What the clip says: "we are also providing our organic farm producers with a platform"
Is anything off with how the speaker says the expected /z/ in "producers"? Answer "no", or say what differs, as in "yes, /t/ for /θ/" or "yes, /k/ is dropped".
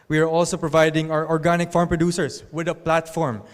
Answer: yes, /s/ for /z/